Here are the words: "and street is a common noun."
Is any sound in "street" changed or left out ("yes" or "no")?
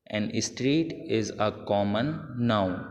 no